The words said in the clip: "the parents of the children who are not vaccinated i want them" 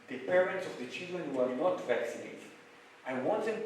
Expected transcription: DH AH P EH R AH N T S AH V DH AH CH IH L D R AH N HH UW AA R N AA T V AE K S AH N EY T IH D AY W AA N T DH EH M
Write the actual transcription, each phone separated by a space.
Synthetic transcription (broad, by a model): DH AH P EH R AH N T S AH V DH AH CH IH L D R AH N HH UW AA R N AA T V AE K S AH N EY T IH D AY W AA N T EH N